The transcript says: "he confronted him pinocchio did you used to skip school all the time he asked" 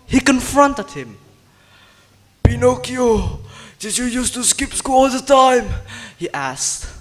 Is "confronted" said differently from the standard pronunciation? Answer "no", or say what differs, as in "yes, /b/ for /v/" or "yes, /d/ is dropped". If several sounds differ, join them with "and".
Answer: no